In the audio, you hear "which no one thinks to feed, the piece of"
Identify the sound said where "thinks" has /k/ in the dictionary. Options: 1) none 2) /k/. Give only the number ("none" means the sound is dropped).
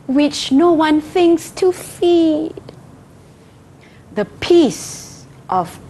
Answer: 2